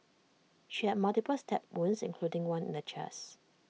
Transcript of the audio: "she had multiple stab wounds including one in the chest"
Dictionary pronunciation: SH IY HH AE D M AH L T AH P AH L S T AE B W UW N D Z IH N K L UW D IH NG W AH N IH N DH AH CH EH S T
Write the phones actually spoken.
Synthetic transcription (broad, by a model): SH IY HH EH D M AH L T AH P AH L S T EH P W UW N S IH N K L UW D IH NG W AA N IH N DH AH CH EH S